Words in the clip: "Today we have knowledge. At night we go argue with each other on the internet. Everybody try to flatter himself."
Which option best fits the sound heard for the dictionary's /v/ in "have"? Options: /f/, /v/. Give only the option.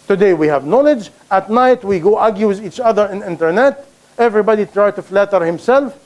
/v/